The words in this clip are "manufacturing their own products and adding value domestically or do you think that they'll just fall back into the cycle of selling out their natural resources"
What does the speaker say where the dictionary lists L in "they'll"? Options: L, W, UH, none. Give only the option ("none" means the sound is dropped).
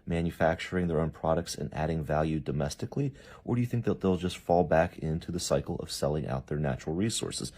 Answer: L